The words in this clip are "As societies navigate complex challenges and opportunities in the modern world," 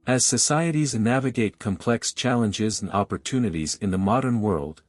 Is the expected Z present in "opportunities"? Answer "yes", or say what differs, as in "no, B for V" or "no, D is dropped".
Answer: yes